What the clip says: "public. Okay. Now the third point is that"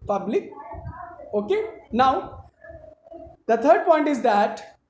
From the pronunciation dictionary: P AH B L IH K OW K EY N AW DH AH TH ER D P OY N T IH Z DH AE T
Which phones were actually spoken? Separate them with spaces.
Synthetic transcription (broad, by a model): P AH B L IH K OW K EY N AW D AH T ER D P OY N T IH Z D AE T